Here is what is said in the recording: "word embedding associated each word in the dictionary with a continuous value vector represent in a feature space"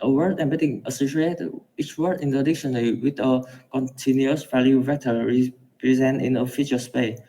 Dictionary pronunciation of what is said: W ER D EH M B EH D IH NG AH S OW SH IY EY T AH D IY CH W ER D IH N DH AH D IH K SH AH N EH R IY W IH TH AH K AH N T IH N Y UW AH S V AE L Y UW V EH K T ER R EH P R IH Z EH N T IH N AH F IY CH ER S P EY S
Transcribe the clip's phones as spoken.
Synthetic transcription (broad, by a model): W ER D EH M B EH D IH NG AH S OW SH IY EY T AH IY CH W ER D IH N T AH D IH K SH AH N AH L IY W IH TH AH K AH N T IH N Y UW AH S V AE L Y UW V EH T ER R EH P R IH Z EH N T IH N AH F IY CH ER S P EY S